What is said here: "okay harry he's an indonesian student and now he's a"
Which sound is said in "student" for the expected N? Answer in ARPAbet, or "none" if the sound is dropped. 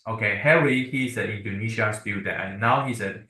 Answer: none